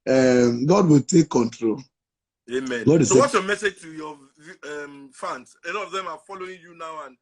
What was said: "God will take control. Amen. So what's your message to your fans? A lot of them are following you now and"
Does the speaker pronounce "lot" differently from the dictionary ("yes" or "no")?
yes